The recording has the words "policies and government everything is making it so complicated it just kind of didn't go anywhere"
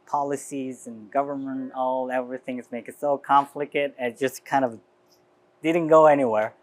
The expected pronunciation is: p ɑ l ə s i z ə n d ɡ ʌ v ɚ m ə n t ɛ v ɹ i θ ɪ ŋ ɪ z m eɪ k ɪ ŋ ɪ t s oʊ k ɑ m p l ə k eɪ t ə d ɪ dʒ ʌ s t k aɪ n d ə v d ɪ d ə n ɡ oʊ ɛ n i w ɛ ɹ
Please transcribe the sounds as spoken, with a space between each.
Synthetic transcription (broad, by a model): p ɑ l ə s i z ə n ɡ ʌ v ɚ m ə n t ɛ v ɹ i θ ɪ ŋ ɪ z m eɪ ɪ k ɪ t s oʊ k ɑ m f l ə k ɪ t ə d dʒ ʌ s k aɪ n d ə v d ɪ d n ɡ oʊ ɛ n i w ɛ ɹ